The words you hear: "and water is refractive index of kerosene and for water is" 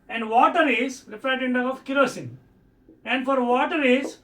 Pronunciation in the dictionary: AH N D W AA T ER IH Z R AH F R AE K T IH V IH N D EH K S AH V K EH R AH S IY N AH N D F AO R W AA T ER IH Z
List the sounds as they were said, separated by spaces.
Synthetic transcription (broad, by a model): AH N D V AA T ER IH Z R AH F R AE T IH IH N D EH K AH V K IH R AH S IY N AH N D F AO R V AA T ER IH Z